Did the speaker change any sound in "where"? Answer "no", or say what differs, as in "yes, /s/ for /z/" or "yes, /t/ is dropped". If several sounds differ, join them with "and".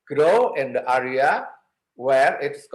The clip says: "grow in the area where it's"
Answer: no